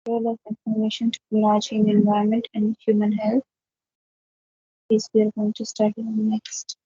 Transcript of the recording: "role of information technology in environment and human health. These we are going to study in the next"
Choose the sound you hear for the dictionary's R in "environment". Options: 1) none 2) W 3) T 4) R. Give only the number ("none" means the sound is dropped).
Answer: 1